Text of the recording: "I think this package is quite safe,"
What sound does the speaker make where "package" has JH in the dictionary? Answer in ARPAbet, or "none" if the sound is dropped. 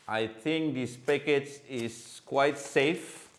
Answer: CH